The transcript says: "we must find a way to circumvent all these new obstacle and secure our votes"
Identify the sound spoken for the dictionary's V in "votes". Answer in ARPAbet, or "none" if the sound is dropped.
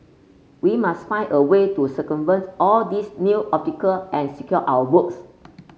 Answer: B